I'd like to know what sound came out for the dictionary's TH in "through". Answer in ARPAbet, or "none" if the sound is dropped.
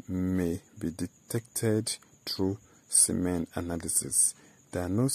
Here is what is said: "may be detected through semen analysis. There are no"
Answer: T